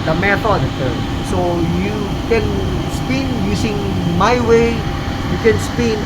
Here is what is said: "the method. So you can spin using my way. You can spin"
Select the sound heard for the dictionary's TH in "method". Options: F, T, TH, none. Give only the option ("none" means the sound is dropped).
T